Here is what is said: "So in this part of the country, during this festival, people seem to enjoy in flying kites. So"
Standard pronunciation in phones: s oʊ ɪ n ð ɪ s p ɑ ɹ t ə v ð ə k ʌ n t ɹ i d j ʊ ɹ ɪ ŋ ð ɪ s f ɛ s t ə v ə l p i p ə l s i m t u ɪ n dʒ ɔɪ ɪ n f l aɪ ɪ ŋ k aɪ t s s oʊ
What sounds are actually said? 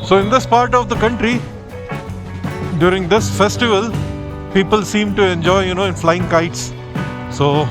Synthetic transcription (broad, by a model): s oʊ ɪ n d ɪ s p ɑ ɹ t ə v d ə k ʌ n t ɹ i d j ʊ ɹ ɪ ŋ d ɪ s f ɛ s t ə v ə l p i p ə l s i m t u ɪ n dʒ ɔɪ ɪ n f l aɪ ɪ ŋ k aɪ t s s oʊ